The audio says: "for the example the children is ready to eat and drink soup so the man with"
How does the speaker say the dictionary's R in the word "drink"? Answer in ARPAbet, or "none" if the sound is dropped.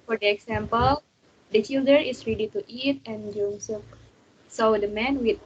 none